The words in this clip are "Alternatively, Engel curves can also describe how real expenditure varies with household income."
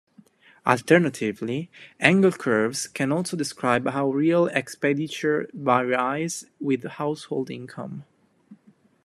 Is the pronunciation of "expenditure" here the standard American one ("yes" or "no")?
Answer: no